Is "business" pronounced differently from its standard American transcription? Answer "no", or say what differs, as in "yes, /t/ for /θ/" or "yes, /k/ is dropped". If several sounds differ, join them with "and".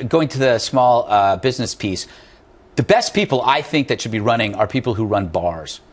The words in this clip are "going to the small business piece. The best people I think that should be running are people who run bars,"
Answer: no